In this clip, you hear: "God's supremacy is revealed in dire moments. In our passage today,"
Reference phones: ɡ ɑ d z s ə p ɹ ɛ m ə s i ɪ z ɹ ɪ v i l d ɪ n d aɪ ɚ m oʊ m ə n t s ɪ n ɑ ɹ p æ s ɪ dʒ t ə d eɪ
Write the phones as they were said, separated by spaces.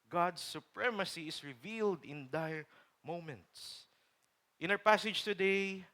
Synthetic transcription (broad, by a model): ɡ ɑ d s ə p ɹ ɛ m ə s i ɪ s ɹ ɪ v i l d ɪ n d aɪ m oʊ m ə n t s ɪ n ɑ w p æ s ɪ dʒ t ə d eɪ